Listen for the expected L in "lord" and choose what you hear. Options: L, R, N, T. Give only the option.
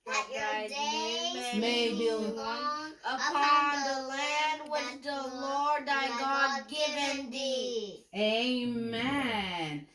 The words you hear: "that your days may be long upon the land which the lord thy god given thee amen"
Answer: L